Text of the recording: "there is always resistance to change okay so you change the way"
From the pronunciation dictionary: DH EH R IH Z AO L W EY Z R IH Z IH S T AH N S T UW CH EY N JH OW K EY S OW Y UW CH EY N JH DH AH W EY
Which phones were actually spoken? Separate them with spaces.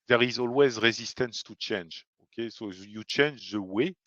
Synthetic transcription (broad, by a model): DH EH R IH Z AO L W EY Z R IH Z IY S T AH N S T UW CH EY N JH OW K EY S OW Y UW CH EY N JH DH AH W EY